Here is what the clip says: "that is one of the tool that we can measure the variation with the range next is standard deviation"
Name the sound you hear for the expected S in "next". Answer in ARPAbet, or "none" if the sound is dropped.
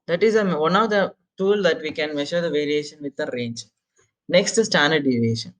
S